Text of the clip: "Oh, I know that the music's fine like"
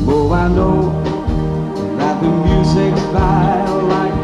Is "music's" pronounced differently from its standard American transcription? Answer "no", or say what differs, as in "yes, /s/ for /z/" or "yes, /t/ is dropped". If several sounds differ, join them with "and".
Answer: no